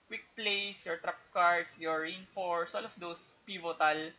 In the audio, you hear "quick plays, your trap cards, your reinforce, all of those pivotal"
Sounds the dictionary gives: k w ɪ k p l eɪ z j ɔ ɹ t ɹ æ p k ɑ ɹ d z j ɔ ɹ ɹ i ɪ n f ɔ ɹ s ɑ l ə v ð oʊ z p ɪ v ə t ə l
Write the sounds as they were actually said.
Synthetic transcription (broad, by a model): k w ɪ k p l eɪ s j ɔ ɹ t ɹ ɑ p k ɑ ɹ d s j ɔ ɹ ɹ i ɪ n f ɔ ɹ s ɑ l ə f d oʊ s p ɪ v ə t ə l